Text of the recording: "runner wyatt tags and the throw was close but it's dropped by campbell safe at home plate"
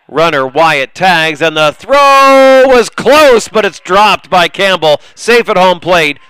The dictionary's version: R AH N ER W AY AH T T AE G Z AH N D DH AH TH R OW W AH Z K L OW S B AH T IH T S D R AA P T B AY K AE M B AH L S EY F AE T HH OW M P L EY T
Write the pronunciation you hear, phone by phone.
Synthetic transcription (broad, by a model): R AH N ER W AY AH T T AE G Z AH N DH AH TH R OW W AH Z K L OW S B AH T IH T S D R AA P T B AY K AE M B L S EY F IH T HH OW M P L EY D